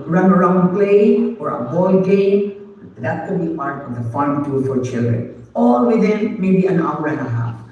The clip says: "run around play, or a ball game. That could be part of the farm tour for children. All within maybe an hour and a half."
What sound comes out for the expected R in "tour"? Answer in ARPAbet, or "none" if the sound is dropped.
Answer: L